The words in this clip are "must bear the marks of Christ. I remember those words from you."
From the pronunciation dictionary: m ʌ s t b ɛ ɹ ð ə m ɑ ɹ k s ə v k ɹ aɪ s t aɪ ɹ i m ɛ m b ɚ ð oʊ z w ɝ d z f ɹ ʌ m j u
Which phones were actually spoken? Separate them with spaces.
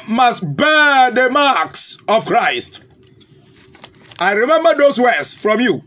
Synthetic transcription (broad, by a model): m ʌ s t b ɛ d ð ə m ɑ k s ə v k ɹ aɪ s t aɪ ɹ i m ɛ m b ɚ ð oʊ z w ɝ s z f ɹ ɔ m j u